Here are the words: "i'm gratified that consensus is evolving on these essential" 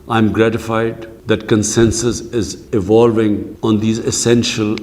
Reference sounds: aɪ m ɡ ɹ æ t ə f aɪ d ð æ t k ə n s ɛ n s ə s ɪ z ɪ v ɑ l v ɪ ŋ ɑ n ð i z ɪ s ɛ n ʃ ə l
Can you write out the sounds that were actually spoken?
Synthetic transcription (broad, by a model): aɪ m ɡ ɹ æ t ə f aɪ d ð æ t k ə n s ɛ n s ə s ɪ z ɪ v ɑ l v ɪ ŋ ɑ n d i z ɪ s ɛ n ʃ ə l